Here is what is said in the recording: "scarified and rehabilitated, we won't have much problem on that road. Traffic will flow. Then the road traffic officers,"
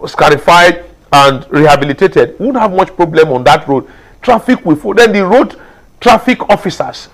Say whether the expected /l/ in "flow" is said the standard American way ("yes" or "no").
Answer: no